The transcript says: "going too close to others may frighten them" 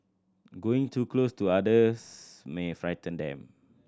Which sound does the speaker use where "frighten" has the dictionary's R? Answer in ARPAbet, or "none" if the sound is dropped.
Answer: R